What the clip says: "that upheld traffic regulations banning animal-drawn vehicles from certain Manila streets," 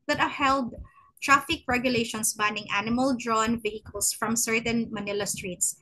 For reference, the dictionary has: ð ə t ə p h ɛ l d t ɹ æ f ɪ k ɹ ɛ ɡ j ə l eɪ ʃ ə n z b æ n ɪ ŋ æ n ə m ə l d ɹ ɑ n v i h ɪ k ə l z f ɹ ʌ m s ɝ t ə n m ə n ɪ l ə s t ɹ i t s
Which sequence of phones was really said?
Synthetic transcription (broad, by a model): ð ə t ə h ɛ l d t ɹ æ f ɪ k ɹ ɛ ɡ j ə l eɪ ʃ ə n s b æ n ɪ ŋ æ n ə m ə l d ɹ ɑ n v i h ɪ k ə l s f ɹ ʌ m s ɝ t ə n m ə n ɪ l ə s t ɹ i t s